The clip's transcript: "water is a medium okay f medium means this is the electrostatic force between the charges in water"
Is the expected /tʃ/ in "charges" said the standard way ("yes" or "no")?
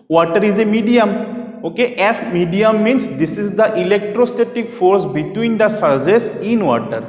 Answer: no